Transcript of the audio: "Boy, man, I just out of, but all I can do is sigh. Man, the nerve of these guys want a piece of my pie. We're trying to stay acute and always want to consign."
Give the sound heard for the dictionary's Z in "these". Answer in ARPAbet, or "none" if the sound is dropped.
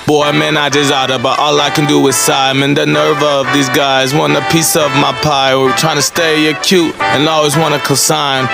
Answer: Z